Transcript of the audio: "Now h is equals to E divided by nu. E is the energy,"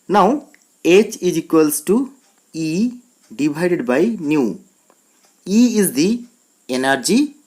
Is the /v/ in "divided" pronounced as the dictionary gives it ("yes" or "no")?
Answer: no